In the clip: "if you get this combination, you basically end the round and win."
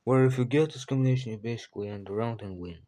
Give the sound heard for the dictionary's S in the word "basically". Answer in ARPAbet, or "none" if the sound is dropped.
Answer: S